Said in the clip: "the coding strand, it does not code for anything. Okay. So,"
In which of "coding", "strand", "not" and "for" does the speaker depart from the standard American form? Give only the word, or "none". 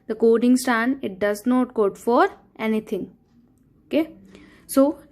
strand